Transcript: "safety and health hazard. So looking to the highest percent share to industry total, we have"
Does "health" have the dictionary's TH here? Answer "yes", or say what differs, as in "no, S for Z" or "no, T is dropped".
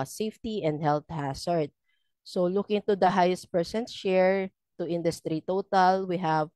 no, T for TH